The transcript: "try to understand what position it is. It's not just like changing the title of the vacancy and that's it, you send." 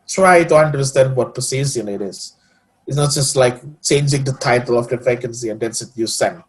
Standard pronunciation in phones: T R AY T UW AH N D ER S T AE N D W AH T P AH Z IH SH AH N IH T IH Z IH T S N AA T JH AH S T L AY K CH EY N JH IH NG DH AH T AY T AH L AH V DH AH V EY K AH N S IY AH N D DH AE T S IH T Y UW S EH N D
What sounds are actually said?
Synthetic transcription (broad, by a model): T R AY T UW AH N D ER S T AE N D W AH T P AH S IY S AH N IH T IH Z IH T S N AA T JH AH S T L AY K CH EY N JH IH NG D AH T AY T AH L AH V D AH F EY K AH N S IY AH N D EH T S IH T Y UW S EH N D